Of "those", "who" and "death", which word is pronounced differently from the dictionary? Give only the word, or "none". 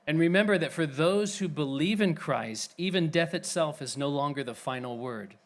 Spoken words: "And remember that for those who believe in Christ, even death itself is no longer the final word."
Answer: none